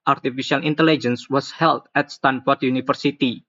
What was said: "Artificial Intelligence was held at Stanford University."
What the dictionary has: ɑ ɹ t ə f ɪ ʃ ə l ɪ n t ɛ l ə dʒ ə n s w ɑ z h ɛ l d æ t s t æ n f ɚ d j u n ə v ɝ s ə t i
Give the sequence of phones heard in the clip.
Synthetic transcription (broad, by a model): ɑ ɹ t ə f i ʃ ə l ɪ n t ɛ l ə dʒ ə n s w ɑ s h ɛ l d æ t s t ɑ n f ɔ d j u n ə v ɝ s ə t i